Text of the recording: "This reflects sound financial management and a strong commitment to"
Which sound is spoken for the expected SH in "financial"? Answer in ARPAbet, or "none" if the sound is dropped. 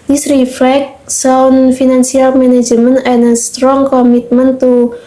S